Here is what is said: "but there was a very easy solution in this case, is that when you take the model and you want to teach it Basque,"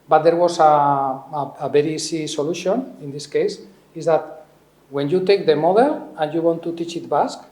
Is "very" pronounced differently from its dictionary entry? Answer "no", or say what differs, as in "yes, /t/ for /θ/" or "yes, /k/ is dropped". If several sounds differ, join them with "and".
yes, /b/ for /v/